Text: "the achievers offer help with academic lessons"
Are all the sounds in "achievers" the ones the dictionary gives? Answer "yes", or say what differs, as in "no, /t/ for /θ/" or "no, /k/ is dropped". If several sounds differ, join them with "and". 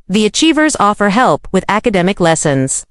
yes